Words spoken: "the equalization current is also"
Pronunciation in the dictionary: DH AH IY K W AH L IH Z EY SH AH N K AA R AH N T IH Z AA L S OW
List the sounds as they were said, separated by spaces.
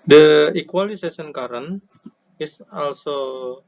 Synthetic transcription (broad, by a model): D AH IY K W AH L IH S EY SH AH N K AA R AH N IH S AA L S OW